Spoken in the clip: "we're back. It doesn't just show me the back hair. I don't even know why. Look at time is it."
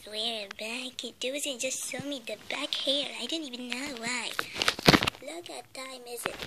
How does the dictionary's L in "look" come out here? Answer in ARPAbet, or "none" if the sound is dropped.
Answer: L